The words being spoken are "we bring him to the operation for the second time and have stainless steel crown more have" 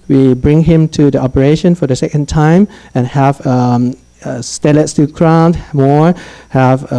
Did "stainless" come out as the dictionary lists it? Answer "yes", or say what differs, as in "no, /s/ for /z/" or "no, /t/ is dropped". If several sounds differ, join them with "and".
no, /n/ is dropped